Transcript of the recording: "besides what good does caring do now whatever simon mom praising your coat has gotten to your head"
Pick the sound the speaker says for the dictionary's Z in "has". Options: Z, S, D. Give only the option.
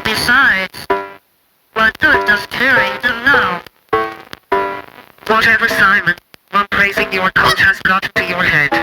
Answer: S